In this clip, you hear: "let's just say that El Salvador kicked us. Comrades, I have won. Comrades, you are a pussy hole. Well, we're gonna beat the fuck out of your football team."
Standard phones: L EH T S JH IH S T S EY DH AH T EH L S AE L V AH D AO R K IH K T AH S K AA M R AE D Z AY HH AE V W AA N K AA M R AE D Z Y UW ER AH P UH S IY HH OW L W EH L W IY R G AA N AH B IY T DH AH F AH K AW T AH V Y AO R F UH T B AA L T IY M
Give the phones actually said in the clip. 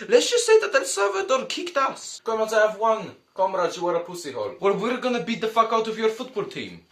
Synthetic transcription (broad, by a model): L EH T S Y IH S S EY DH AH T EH N S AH V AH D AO K IH K T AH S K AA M AE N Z AY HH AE V W AA N K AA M R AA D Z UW ER AH P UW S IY HH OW L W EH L W IY R G AA N AH B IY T DH AH F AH K AW T AH V Y AO R F UH T B AA L T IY M